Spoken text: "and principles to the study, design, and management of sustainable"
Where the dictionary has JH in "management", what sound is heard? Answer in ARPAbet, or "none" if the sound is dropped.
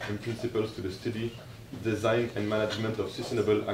JH